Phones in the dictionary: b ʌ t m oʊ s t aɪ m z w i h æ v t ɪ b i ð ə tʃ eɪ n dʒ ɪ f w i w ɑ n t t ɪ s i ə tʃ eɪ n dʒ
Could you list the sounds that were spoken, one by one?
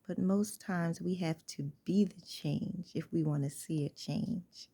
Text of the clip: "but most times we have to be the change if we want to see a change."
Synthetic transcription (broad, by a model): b ʌ t m oʊ s t aɪ m z w i h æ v t ɪ b i ð ə tʃ eɪ n dʒ ɪ f w i w ɑ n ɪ s i ə tʃ eɪ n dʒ